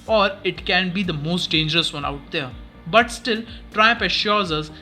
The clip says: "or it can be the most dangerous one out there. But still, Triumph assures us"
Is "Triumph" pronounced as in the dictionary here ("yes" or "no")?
no